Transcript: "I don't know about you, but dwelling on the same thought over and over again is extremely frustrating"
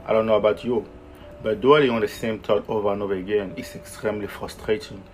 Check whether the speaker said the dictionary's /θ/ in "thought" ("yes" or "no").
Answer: no